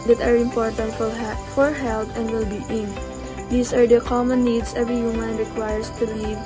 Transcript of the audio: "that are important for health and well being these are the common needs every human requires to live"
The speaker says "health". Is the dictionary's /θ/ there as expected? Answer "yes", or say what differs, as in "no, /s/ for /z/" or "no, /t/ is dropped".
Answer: no, /t/ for /θ/